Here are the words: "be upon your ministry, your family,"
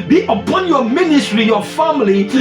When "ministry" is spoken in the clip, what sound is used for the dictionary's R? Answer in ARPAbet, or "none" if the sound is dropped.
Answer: R